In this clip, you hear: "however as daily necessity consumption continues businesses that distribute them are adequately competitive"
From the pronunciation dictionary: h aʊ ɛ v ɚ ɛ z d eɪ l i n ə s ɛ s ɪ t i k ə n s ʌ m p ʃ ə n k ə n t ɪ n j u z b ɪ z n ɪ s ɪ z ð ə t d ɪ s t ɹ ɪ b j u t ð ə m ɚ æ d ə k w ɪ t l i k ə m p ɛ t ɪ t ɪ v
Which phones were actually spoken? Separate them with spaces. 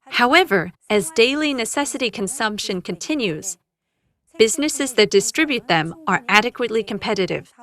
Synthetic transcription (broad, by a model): h aʊ ɛ v ɚ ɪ z d eɪ l i n ə s ɛ s ɪ t i k ə n s ʌ m p ʃ ə n k ə n t ɪ n j u z b ɪ z n ɪ s ɪ z ð ə t d ɪ s t ɹ ɪ b j u t ð ə m ɚ æ d ə k w ɪ t l i k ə m p ɛ t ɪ t ɪ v